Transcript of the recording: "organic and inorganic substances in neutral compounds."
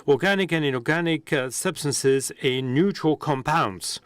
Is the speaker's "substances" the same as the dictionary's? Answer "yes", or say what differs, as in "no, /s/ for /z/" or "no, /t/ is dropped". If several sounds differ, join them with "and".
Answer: yes